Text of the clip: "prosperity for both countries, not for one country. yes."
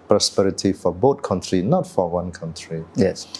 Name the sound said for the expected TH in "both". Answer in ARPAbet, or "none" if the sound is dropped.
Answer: T